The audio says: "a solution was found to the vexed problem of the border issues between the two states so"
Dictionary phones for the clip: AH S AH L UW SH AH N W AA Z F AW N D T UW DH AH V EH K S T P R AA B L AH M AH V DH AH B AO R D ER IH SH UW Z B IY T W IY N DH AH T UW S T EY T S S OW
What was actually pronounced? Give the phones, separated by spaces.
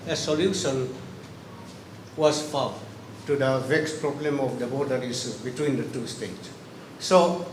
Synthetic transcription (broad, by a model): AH S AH L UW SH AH N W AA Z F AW T UW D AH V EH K S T P R AA B L AH M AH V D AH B AO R D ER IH S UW B IY T W IY N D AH T UW S T EY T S S OW